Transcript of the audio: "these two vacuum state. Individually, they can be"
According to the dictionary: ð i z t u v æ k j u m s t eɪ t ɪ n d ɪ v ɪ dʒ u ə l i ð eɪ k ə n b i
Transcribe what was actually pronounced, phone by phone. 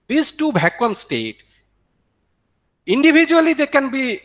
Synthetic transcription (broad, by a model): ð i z t u b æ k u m s t eɪ t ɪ n d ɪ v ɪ dʒ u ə l i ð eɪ k ə n b i